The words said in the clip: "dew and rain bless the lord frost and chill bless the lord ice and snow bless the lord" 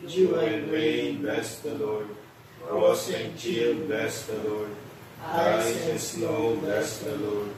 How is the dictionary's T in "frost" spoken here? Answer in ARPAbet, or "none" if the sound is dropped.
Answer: none